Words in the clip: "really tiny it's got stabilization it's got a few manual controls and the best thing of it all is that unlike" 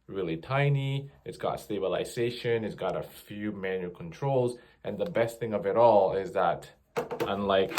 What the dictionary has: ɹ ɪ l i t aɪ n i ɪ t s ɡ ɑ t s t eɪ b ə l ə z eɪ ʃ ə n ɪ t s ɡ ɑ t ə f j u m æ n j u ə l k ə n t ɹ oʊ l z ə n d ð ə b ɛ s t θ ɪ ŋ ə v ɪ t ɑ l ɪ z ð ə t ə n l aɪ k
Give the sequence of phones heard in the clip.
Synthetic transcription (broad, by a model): ɹ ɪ l i t aɪ n i ɪ t s ɡ ɑ t s t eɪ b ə l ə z eɪ ʃ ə n ɪ t s ɡ ɑ t ə f j u m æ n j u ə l k ə n t ɹ oʊ l z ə n ð ə b ɛ s t θ ɪ ŋ ə v ɪ t ɑ l ɪ z ð ə t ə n l aɪ k